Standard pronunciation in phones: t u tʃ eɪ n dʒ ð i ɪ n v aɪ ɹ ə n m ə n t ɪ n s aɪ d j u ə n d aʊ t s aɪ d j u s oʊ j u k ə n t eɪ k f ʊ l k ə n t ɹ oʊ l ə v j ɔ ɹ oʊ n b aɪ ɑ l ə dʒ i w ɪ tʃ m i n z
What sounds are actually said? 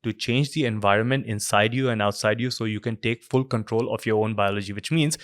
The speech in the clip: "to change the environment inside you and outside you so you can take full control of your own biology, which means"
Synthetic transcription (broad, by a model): t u tʃ eɪ n dʒ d i ɪ n v aɪ ɹ ə n m ə n t ɪ n s aɪ d j u ə n d aʊ t s aɪ d j u s oʊ j u k ə n t eɪ k f ʊ l k ə n t ɹ oʊ l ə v j ɔ ɹ oʊ n b aɪ ɑ l ə dʒ i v ɪ tʃ m i n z